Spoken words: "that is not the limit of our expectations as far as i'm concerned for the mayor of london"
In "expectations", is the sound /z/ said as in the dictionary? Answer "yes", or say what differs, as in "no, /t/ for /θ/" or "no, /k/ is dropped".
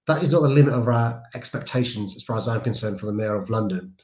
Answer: yes